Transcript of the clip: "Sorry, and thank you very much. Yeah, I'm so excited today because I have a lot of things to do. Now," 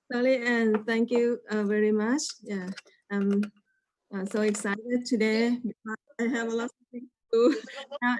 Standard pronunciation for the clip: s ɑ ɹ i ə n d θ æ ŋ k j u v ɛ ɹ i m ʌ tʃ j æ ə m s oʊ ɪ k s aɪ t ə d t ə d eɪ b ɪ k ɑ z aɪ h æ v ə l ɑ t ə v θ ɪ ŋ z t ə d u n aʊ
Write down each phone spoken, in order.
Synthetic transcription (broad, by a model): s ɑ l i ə n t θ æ ŋ k j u v ɛ ɹ i m ʌ tʃ j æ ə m s oʊ ɪ k s aɪ t ə d t ə d eɪ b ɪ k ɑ aɪ h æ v ə l ɑ t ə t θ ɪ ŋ t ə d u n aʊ